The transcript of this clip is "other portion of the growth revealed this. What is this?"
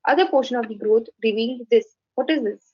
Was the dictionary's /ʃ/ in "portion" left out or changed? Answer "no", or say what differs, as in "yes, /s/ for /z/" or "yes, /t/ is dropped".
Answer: no